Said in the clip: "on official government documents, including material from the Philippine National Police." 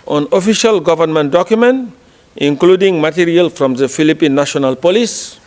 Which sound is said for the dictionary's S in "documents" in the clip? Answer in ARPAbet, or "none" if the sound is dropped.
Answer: none